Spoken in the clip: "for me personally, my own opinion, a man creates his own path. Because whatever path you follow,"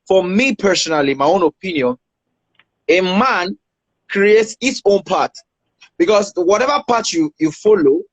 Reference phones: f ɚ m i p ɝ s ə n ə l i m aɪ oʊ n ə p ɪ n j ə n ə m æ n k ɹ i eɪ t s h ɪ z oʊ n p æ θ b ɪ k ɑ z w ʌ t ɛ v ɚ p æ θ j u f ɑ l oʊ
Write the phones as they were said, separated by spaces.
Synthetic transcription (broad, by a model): f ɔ m i p ɝ s ə n ə l i m aɪ oʊ n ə p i n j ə n ə m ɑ n k ɹ i eɪ t s h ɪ s oʊ n p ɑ t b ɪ k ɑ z w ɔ t ɛ v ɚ p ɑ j j u f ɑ l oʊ